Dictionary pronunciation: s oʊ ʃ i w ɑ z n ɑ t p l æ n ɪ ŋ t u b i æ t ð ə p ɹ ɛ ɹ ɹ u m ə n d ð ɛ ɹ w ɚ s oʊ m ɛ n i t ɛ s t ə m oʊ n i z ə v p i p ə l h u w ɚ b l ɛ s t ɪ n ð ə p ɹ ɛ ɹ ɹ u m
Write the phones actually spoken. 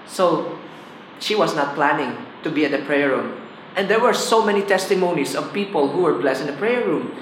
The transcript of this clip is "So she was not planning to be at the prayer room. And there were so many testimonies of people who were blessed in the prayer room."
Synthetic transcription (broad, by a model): s oʊ ʃ i w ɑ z n ɑ t p l æ n ɪ ŋ t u b i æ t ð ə p ɹ ɛ ɹ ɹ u m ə n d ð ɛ ɹ w ɚ s oʊ m ɛ n i t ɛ s t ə m oʊ n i s ə v p i p ə l h u w ɚ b l ɛ s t ɪ n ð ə p ɹ ɛ ɹ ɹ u m